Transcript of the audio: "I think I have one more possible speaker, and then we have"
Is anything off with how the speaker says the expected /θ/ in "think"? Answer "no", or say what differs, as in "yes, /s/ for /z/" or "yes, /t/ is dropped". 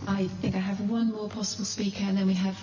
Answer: no